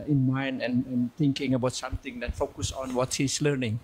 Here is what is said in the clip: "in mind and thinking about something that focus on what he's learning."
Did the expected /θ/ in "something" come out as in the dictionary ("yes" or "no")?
no